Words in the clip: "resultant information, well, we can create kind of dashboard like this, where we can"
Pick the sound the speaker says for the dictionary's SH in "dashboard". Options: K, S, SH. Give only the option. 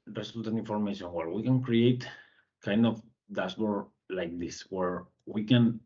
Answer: S